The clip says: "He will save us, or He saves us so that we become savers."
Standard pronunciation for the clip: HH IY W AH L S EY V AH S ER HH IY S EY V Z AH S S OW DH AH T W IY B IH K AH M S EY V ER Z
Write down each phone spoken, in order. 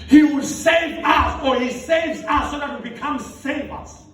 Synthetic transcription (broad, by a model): HH IY W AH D S EY V AH S ER HH IY S EY V Z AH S S OW DH AH T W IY B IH K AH M S EY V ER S